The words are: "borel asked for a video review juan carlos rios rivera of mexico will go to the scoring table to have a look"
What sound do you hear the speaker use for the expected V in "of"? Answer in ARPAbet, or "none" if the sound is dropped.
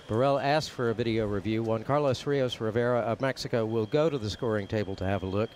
V